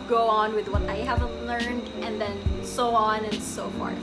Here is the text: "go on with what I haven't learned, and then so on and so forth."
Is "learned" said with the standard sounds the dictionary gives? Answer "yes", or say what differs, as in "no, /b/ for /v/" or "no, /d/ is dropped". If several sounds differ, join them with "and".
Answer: yes